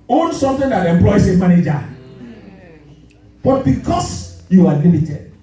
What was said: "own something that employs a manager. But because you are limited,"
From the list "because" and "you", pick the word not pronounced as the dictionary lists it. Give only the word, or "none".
because